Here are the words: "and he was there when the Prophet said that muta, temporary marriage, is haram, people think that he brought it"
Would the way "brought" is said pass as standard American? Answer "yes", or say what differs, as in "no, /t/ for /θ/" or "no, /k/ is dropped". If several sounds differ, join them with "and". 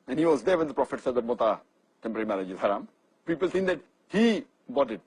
no, /ɹ/ is dropped